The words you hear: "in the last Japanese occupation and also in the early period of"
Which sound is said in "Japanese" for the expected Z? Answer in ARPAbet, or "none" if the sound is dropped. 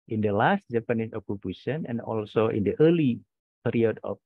S